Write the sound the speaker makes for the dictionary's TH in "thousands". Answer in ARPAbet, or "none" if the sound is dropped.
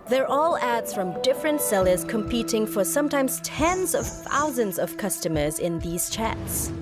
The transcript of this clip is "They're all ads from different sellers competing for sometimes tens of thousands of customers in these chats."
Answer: TH